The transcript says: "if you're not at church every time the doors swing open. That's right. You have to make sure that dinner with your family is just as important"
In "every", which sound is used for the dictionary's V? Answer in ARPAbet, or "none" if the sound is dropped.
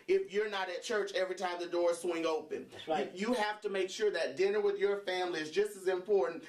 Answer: V